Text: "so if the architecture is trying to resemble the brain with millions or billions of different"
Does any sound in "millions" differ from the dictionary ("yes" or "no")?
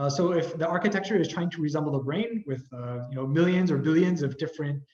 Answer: no